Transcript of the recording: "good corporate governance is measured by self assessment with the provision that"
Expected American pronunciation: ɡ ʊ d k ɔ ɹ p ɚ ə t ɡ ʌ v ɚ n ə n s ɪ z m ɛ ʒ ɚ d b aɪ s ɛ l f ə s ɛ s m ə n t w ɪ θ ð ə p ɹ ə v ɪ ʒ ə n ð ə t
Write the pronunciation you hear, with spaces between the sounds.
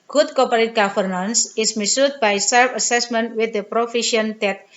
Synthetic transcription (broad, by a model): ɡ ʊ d k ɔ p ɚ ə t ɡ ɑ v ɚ n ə n s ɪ s m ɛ s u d b aɪ s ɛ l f ə s ɛ s m ə n t w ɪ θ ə p ɹ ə f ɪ ʃ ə n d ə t